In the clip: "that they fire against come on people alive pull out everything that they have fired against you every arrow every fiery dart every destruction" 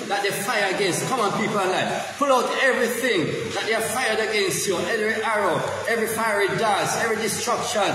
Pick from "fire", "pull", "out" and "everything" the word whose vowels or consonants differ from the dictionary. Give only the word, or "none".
none